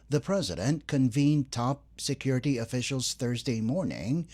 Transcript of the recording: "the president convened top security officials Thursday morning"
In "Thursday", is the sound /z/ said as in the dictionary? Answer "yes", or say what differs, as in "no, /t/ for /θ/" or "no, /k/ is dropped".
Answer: yes